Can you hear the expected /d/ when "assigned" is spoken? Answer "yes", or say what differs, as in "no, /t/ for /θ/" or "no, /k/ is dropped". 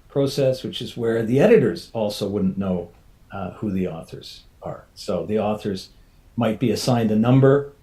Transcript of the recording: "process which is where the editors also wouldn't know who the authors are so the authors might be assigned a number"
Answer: yes